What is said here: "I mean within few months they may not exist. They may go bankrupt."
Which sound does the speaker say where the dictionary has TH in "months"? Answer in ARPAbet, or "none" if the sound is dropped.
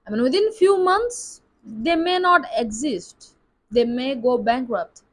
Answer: T